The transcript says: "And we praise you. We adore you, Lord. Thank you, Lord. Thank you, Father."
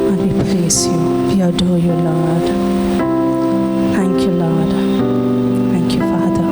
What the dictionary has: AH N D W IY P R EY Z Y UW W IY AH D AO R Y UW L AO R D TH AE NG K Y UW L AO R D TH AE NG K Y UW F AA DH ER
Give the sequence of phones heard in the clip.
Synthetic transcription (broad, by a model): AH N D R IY P L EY S Y UW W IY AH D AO Y UW L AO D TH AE NG K Y UW L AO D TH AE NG K Y UW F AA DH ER